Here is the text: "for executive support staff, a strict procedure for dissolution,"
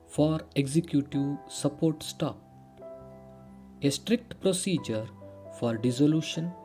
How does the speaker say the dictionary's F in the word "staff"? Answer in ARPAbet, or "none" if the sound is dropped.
P